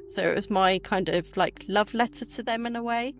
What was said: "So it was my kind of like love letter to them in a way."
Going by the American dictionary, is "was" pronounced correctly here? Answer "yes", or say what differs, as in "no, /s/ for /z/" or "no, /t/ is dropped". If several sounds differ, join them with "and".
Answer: yes